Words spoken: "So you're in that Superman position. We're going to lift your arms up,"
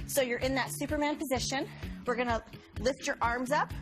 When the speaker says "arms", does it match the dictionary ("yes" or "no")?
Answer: yes